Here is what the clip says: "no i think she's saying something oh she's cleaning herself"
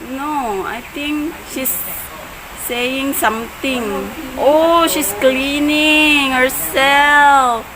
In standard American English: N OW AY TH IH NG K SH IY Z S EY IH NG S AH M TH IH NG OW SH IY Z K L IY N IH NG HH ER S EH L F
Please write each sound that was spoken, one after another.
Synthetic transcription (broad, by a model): N OW AY T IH NG K SH IY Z S EY IH NG S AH M T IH NG OW SH IY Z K L IY N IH NG HH ER S EH L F